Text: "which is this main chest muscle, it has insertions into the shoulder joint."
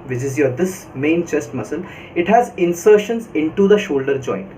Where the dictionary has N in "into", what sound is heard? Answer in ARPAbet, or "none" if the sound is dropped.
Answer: N